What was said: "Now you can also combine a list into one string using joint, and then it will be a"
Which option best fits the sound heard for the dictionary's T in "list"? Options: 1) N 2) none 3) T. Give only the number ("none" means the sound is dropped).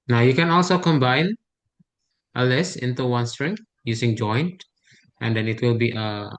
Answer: 2